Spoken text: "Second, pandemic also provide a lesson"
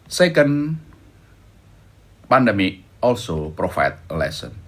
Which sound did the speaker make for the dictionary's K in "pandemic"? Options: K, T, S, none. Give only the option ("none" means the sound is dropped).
none